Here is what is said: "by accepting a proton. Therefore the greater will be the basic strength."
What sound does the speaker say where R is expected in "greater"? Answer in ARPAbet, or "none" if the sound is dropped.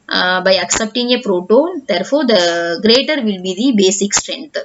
R